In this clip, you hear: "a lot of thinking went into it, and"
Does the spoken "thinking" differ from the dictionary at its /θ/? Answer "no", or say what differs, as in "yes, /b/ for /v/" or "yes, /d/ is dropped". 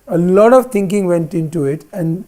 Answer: yes, /t/ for /θ/